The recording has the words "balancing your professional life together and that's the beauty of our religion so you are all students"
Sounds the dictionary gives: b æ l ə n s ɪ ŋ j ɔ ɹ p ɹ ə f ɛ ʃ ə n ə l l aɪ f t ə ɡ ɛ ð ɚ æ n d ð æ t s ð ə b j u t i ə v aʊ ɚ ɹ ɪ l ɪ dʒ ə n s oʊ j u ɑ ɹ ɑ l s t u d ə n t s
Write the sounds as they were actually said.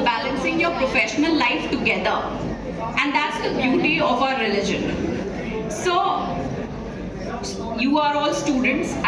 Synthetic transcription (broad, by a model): b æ l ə n s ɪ ŋ j ɔ ɹ p ɹ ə f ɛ ʃ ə n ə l l aɪ f t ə ɡ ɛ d ɚ æ n d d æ t s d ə b j u t i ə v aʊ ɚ ɹ ɪ l ɪ dʒ ə n s oʊ j u ɑ ɹ ɑ l s t u d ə n t s